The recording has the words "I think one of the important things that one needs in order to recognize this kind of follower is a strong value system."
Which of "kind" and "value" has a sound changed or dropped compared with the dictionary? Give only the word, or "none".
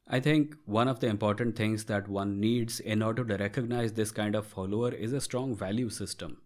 none